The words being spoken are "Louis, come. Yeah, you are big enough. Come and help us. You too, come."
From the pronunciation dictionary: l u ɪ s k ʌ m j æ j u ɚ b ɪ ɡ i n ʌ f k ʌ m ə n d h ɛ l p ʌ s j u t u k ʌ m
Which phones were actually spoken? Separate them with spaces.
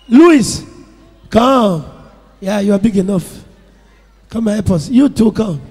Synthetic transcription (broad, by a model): l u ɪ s k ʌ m j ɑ j u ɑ b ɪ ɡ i n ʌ f k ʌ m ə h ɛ p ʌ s j u t u k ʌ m